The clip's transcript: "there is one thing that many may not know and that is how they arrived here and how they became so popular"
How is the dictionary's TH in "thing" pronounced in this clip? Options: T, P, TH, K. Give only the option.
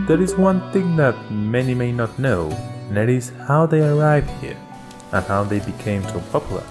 TH